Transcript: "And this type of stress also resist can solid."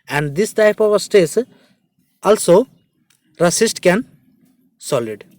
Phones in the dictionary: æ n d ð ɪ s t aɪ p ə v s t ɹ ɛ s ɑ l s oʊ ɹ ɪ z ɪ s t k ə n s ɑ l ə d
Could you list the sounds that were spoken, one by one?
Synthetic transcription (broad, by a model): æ n d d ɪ s t aɪ p ə v s t ɛ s ɑ l s oʊ ɹ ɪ s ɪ s t k ə n s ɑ l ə d